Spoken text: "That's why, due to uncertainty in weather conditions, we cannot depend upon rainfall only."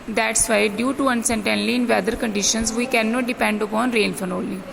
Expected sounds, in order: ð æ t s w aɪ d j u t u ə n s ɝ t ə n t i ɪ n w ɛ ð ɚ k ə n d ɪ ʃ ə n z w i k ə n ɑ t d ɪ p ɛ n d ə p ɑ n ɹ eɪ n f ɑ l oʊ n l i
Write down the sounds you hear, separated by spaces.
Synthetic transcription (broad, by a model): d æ t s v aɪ d j u t u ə n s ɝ t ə n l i ɪ n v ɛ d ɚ k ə n d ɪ ʃ ə n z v i k ə n ɑ t d ɪ p ɛ n d ə p ɑ n ɹ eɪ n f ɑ n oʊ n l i